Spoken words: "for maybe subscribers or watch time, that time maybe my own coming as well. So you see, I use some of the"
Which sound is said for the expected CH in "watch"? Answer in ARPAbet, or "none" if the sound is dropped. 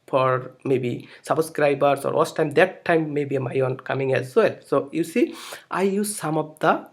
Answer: S